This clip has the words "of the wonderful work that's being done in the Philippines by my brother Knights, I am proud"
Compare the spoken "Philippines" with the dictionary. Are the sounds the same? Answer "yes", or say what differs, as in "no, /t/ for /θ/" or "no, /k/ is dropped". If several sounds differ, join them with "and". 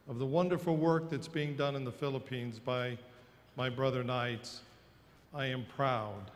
yes